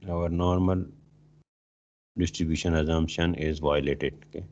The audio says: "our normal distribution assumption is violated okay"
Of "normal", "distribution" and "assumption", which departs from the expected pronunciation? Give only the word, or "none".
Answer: assumption